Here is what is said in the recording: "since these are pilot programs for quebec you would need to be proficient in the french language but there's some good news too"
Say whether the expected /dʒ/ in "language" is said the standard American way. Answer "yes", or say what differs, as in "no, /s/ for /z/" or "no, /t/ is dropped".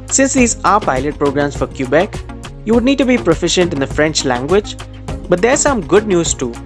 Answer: yes